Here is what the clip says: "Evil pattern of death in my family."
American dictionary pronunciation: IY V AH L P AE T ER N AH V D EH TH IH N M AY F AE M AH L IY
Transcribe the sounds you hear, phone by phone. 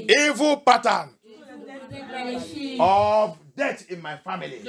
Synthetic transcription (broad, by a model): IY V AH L P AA T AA N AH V D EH T IH N M AY F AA M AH L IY